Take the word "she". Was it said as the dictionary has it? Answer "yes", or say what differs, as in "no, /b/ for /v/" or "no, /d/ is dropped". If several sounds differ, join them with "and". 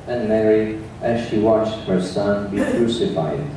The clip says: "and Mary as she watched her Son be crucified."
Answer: yes